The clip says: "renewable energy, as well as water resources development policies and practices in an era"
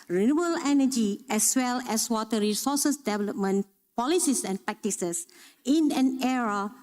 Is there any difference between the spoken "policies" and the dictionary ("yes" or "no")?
yes